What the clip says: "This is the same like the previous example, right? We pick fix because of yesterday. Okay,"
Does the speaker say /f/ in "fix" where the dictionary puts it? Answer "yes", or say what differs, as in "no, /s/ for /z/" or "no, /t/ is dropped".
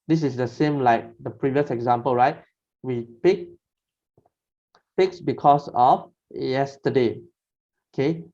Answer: no, /p/ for /f/